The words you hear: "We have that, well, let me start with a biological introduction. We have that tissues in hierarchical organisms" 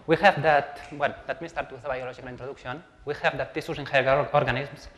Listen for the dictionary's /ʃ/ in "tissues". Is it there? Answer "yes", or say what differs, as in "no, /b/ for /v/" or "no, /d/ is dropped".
no, /s/ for /ʃ/